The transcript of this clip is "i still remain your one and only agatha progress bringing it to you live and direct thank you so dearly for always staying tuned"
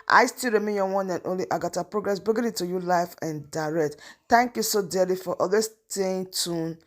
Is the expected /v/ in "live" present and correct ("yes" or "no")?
no